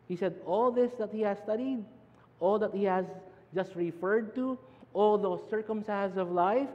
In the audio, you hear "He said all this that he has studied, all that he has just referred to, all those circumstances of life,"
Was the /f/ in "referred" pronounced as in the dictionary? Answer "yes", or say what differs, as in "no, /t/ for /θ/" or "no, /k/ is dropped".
yes